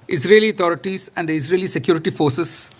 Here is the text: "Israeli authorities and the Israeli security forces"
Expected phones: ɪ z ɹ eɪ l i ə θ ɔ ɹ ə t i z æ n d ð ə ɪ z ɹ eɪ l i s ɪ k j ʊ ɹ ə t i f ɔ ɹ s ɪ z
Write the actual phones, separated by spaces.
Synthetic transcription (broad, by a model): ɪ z ɹ eɪ l i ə t ɔ ɹ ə t i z æ n d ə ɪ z ɹ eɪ l i s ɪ k j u ɹ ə t i f ɔ ɹ s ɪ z